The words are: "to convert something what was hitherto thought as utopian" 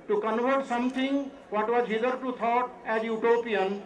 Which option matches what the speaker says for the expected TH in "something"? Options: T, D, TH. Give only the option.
T